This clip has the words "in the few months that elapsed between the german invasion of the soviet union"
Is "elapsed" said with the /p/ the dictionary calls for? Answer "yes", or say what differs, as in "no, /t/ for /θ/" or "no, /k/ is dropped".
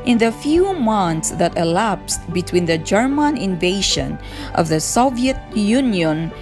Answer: yes